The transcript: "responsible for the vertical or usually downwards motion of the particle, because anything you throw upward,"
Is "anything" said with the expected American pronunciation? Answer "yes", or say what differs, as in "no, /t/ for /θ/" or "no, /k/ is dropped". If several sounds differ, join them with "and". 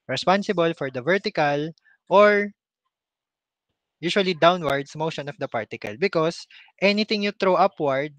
no, /t/ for /θ/